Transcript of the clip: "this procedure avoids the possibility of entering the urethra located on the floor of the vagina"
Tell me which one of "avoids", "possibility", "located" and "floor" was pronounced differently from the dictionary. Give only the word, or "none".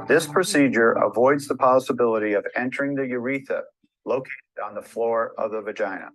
none